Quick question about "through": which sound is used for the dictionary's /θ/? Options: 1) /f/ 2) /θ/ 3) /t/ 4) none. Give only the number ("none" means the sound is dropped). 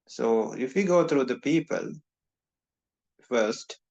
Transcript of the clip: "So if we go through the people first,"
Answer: 3